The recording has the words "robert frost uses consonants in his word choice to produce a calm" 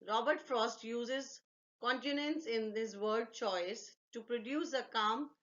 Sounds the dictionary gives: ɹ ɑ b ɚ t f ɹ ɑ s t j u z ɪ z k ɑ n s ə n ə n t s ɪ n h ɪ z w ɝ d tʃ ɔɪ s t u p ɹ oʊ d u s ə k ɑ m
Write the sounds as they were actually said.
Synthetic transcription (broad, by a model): ɹ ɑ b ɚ t f ɹ ɑ s t j u z ɪ z k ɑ n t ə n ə n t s ɪ n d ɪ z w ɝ d tʃ ɔɪ s t u p ɹ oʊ d u s ə k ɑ m